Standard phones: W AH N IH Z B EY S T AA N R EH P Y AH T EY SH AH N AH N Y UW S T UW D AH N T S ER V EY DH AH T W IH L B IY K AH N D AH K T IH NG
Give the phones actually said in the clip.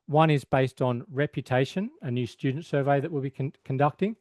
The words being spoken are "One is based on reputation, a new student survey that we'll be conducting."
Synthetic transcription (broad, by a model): W AH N IH Z B EY S T N R EH P Y AH T EY SH AH N AH N Y UW S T UW D N T S ER V EY DH AH T W IH L B IY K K N D AH K T IH NG